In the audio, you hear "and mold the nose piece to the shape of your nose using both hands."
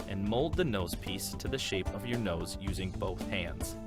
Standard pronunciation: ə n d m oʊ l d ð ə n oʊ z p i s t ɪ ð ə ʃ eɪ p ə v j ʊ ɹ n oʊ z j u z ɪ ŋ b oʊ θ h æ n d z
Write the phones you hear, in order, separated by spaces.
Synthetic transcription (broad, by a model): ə n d m oʊ l d ð ə n oʊ z p i s t ɪ ð ə ʃ eɪ p ə v j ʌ ɹ n oʊ z j u z ɪ ŋ b oʊ θ h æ n d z